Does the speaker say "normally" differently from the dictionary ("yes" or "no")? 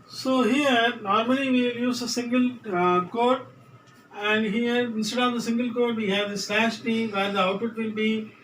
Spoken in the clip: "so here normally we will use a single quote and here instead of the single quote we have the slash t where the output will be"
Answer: yes